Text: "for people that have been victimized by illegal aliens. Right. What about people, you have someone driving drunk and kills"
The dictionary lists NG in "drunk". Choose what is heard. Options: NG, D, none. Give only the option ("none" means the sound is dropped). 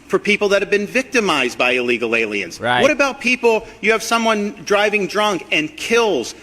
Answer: NG